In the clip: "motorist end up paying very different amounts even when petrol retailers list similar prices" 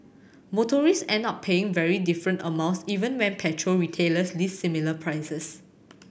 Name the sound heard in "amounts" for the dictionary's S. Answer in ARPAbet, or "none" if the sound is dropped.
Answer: S